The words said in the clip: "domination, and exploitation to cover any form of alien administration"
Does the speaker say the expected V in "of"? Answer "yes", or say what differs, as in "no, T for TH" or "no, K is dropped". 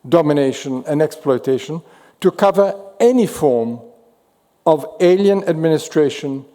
yes